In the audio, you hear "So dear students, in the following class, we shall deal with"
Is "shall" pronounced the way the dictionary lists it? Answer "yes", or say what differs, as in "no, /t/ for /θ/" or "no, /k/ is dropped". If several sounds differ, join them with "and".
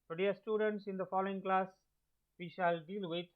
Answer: yes